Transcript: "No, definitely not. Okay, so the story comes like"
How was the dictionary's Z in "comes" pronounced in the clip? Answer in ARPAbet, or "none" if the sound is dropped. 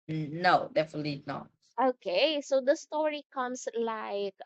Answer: S